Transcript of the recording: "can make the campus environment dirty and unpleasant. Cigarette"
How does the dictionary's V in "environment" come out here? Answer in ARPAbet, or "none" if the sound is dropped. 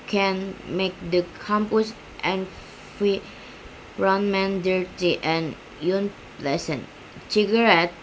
F